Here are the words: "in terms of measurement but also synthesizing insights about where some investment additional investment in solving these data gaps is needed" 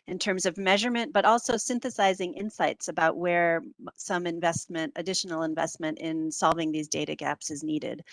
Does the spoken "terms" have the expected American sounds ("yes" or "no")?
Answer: yes